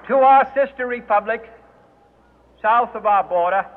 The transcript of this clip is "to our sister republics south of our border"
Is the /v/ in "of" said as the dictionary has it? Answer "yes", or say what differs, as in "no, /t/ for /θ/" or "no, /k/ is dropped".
yes